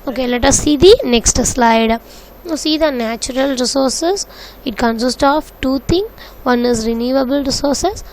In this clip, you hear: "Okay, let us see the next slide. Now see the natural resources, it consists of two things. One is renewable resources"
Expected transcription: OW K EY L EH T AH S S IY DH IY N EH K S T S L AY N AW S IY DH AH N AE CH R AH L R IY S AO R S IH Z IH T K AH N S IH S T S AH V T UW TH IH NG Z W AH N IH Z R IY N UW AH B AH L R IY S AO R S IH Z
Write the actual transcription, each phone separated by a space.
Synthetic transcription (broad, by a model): OW K EY L EH T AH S S IY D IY N EH K S T S L AY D S IY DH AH N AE CH R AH L R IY S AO R S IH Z IH T K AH N S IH S T AH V T UW T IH NG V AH N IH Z R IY N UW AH B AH L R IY S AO R S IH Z